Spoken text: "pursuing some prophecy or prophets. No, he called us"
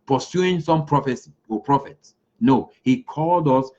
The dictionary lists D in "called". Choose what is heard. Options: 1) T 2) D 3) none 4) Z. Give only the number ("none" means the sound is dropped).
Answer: 2